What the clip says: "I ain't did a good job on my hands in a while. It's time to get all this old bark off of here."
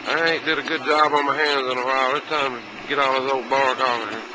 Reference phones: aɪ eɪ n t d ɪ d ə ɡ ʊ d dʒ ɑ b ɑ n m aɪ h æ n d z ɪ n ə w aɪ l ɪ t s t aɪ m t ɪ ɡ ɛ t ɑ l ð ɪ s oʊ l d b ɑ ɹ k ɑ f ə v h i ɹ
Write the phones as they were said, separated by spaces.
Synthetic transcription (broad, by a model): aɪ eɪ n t d ɪ d ə ɡ ʊ d dʒ ɑ b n m aɪ h æ n d z ɪ n ə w aɪ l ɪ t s t aɪ m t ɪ ɡ ɛ t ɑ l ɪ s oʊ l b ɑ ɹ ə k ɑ